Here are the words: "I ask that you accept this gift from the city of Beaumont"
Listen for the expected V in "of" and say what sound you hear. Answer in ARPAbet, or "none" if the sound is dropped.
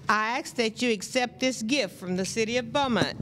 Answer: V